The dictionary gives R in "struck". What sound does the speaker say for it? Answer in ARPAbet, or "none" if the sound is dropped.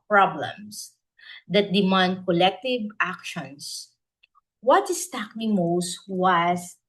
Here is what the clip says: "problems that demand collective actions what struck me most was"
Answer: none